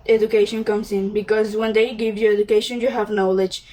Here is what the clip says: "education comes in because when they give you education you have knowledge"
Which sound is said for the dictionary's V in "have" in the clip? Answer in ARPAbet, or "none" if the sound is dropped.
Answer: V